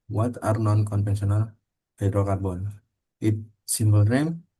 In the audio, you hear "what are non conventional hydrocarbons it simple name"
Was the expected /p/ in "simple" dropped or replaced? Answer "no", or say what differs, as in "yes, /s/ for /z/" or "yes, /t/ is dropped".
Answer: yes, /b/ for /p/